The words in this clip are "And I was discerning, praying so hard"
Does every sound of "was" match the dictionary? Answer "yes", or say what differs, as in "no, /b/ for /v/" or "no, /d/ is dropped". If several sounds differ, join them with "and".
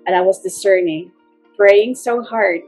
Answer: yes